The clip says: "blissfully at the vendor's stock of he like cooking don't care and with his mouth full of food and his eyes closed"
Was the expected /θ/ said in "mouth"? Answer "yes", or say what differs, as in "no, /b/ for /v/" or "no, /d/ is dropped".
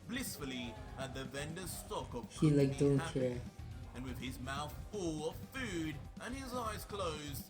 yes